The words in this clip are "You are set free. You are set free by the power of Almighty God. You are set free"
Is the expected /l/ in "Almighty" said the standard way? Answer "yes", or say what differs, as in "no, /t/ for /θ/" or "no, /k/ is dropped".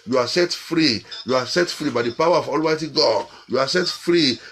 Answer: yes